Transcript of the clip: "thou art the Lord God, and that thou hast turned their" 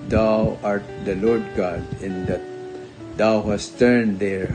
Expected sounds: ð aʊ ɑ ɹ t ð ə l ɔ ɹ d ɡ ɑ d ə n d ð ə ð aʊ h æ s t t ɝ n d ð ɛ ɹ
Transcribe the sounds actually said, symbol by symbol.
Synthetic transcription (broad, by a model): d aʊ ɑ ɹ t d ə l ɔ ɹ d ɡ ɑ d ə n d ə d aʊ h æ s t t ɝ n d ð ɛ ɹ